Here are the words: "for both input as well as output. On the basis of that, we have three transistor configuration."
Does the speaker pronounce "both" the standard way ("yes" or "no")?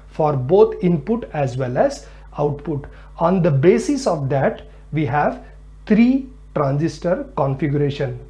no